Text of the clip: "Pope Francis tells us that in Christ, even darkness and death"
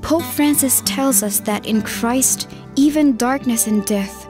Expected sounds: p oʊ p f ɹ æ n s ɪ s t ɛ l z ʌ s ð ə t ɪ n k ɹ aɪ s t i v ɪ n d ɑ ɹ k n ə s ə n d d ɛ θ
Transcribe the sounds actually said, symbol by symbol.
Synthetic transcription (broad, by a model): p oʊ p f ɹ æ n s ɪ s t ɛ l z ʌ s ð ə t ɪ n k ɹ aɪ s t i v ɪ n d ɑ ɹ k n ə s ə n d d ɛ θ